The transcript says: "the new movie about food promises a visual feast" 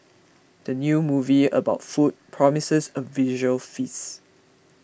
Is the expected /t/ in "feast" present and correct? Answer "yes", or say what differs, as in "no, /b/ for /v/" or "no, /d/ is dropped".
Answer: no, /t/ is dropped